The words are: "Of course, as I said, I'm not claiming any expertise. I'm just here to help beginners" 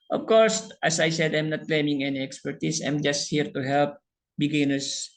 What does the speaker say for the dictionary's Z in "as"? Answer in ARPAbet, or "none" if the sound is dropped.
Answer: S